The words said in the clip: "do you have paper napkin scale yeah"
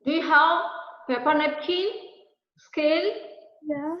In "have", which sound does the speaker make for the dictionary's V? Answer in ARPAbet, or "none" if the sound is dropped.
W